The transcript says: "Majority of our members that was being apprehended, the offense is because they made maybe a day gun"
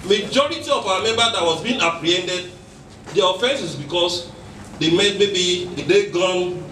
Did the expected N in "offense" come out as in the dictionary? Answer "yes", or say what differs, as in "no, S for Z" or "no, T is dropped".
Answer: yes